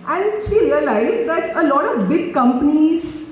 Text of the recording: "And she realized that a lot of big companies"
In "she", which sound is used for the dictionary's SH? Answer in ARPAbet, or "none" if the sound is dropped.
SH